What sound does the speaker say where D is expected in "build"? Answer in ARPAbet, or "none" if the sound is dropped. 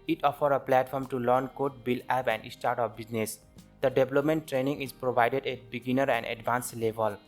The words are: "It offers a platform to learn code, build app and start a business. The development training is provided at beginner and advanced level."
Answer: none